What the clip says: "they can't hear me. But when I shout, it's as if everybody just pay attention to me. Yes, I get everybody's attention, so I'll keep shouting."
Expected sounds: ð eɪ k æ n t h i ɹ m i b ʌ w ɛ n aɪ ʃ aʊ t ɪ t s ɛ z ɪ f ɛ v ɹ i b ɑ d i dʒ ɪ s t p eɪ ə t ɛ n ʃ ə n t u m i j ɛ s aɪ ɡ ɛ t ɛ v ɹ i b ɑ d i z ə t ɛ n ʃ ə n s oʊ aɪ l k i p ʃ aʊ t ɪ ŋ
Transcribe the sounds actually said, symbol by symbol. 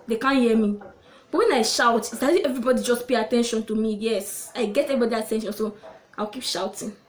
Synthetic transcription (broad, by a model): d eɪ k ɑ n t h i m i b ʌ w ɛ n aɪ ʃ aʊ t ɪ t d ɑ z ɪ ɛ v ɹ i b ɑ d i dʒ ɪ s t p eɪ ə t ɛ n ʃ ə n t u m i j ɛ s aɪ ɡ ɛ t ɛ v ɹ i b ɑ d i ə t ɛ n ʃ ə n s oʊ aɪ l k i p ʃ aʊ t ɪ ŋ